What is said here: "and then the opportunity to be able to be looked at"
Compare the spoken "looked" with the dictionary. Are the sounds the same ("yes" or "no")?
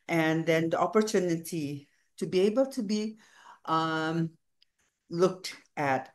yes